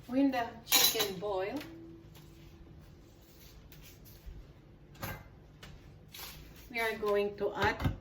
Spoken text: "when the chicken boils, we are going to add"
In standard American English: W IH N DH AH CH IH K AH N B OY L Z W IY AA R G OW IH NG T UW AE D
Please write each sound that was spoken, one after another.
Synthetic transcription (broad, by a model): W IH N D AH CH IH K AH N B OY L W IY AA R G OW IH NG T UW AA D